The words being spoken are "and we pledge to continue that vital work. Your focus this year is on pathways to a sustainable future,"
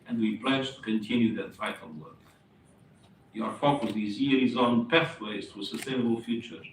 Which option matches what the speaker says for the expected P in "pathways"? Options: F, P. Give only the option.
P